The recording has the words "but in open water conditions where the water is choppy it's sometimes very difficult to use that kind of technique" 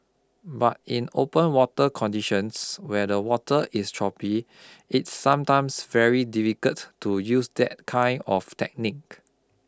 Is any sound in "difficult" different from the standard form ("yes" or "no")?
yes